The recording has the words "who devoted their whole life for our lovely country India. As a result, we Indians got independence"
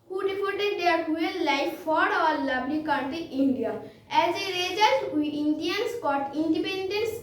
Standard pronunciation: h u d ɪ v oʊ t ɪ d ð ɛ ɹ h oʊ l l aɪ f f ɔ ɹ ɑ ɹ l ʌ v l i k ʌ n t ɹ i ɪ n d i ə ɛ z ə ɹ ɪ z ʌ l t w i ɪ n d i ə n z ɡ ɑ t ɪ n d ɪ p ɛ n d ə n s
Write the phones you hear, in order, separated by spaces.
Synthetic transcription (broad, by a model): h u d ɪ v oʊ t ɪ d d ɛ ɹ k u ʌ l aɪ f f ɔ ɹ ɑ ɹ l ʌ b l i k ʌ t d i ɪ n d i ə ɛ z ə ɹ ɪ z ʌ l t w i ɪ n d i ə n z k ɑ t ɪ n d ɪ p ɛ n d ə n s